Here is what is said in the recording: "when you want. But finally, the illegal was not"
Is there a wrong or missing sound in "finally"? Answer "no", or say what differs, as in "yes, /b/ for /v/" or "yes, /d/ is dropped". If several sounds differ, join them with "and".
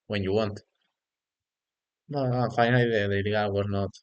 yes, /l/ is dropped